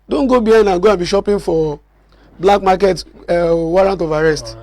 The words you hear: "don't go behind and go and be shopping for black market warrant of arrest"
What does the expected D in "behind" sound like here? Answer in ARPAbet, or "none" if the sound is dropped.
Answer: none